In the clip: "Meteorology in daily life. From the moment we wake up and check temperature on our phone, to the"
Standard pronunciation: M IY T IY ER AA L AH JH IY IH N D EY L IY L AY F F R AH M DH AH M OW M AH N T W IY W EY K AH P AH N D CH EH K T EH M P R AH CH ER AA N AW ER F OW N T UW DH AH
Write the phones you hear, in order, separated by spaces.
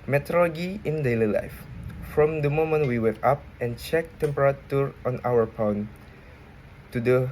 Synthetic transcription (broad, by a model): M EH T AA L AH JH IY IH N D EY L IY L AY F F R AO M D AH M OW M AH N T W IY W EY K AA P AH N CH EH K T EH M P R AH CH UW AA N AW ER P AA N T UW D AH